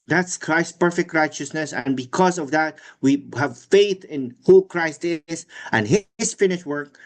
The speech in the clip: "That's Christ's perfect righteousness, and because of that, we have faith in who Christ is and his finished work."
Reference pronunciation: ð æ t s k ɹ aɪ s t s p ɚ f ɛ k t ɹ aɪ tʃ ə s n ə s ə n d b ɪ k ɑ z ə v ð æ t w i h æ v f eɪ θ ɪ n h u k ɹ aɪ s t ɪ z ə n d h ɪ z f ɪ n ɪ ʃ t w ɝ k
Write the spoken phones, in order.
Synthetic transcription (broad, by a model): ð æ t s k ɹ aɪ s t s p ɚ f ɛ k t ɹ aɪ tʃ ə s n ə s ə n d b ɪ k ɑ z ə v ð æ t w i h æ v f eɪ θ ɪ n h u k ɹ aɪ s t ɪ z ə n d h ɪ z f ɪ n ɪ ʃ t w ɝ k